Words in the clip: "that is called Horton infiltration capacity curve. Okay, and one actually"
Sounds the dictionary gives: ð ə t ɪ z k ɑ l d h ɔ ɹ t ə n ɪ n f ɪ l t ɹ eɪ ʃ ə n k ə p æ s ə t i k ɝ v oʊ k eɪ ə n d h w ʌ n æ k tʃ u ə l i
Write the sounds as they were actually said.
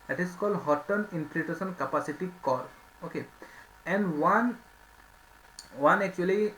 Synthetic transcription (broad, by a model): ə t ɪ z k ɑ l d h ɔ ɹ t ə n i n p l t eɪ s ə n k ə p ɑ s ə t i k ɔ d oʊ k eɪ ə n d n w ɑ n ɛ k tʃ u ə l i